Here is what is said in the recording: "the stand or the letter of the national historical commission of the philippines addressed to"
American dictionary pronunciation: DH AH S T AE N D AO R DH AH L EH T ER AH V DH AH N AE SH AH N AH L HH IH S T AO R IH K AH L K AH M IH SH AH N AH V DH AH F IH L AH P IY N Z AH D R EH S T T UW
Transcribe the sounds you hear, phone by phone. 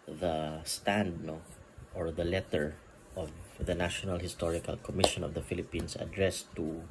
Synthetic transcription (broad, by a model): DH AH S T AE N D AO R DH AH L EH T ER AH V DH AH N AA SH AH N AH L HH IH S T AO R IH K AH L K AH M IH SH AH N AH V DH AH F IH L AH P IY N S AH D R EH S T T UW